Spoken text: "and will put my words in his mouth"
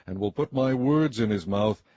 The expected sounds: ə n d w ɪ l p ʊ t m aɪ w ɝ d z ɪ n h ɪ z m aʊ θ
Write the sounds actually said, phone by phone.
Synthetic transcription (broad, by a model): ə n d w ɪ l p ʊ t m aɪ w ɝ d z ɪ n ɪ z m aʊ θ